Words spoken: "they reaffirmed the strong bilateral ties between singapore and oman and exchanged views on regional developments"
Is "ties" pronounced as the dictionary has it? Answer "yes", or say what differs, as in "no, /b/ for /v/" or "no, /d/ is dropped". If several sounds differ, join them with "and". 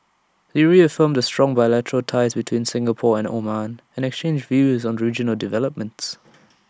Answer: yes